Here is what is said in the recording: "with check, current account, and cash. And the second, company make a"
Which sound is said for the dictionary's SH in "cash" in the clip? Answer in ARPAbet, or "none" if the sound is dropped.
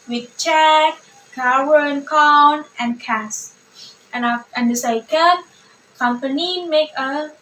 none